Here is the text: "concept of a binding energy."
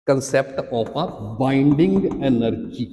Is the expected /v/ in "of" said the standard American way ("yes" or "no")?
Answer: no